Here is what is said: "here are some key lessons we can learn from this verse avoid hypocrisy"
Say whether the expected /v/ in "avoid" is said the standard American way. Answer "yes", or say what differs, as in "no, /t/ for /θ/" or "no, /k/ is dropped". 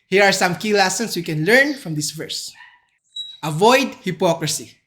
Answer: yes